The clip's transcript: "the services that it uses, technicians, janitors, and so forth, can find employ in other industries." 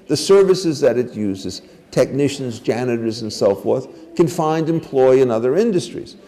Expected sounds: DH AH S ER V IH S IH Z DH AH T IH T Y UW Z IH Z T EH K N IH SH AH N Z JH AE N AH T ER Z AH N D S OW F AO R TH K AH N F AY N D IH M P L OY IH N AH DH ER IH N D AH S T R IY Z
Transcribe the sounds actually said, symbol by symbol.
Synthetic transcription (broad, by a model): DH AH S ER V IH S IH Z DH AH T IH T Y UW Z IH Z T EH K N IH SH AH N Z JH AE N AH T ER Z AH N S OW F AO R TH K AH N F AY N D IH M P L OY IH N AH DH ER IH N D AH S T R IY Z